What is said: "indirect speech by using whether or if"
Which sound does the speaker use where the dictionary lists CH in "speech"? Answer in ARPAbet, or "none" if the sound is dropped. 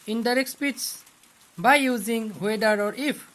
S